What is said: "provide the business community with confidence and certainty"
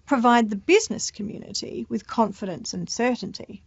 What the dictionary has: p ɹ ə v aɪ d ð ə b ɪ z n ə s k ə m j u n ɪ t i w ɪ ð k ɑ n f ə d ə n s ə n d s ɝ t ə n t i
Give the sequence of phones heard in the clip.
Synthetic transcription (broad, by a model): p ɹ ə v aɪ d ð ə b ɪ z n ə s k ə m j u n ɪ t i w ɪ ð k ɑ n f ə d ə n s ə n s ɝ t n t i